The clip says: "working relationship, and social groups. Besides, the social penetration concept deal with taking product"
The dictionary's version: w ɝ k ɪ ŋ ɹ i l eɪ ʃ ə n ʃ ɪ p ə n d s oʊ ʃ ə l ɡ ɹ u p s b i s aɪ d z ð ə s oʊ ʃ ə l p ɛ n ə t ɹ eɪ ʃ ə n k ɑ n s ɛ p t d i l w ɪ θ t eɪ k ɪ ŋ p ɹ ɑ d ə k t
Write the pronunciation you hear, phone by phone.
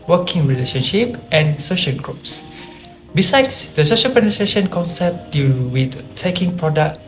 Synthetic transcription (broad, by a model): w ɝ k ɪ ŋ ɹ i l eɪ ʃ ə n ʃ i p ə n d s oʊ ʃ ə l ɡ ɹ u p s b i s aɪ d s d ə s oʊ ʃ ə l p ɛ n ə t ɹ eɪ ʃ ə n k ɑ n s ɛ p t d i l w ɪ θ t eɪ k ɪ ŋ p ɹ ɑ d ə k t